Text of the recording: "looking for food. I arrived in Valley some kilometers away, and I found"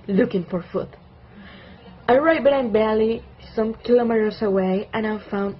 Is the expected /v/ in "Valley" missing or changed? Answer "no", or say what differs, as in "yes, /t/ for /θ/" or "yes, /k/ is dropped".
yes, /b/ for /v/